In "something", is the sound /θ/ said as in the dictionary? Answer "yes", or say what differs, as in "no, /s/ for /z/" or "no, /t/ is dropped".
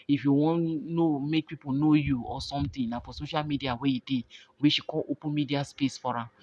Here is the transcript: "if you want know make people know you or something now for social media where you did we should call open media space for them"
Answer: no, /t/ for /θ/